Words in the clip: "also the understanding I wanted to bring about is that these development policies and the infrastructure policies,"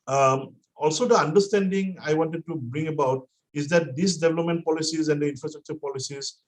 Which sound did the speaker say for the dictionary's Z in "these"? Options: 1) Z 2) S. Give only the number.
2